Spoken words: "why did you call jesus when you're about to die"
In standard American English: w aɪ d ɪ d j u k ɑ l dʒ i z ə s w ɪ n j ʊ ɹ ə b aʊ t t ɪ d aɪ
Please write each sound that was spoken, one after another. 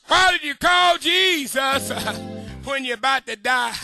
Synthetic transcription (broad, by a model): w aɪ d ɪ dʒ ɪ k ɑ l dʒ i z ə s w ɪ n j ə b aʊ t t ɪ d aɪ